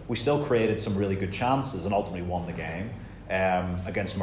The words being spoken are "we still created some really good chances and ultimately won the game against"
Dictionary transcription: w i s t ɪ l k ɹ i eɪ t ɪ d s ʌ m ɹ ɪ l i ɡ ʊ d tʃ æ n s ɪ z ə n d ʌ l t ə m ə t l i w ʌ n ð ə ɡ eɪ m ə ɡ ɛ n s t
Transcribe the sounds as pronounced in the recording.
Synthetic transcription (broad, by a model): w i s t ɪ l k ɹ i eɪ t ɪ d s ʌ m ɹ ɪ l i ɡ ʊ d tʃ æ n s ɪ z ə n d ʌ l t ə m ə t l i w ʌ n ð ə ɡ eɪ m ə ɡ ɛ n s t